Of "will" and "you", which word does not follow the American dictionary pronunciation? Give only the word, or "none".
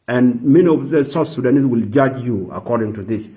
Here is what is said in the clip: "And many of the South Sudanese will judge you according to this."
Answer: none